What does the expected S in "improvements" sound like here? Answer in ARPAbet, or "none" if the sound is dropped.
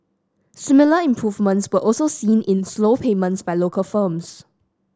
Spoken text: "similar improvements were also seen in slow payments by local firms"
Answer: S